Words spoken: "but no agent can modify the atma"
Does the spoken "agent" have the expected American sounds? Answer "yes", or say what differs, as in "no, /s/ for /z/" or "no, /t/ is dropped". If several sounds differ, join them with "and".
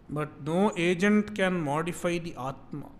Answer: yes